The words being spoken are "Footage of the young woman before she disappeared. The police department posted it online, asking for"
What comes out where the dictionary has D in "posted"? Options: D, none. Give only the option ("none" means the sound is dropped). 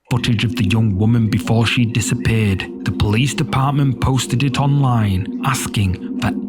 D